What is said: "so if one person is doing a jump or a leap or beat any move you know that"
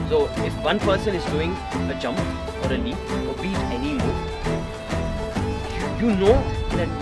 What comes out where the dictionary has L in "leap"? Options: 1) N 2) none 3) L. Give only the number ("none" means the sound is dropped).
1